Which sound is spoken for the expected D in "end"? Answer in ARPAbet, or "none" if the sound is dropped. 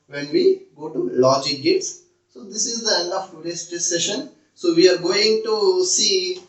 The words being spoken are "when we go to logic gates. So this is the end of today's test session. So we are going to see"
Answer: none